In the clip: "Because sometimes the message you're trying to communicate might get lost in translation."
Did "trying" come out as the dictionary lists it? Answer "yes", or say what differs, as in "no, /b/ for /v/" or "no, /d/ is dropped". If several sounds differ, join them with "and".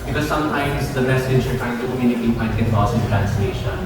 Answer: no, /ɹ/ is dropped